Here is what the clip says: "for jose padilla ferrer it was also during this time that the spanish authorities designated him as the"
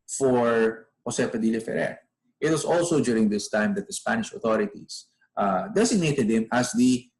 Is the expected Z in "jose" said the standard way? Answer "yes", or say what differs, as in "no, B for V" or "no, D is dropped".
no, S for Z